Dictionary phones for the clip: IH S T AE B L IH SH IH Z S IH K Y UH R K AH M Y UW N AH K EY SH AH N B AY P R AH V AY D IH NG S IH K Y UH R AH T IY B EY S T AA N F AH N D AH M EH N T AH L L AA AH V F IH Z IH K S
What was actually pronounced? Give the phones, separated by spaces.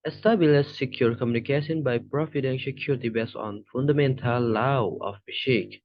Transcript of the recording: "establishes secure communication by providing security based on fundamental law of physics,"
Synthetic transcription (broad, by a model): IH S T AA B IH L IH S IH K Y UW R K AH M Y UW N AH K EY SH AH N B AY P R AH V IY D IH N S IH K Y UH R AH T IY B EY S AA N F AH N D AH M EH N T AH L L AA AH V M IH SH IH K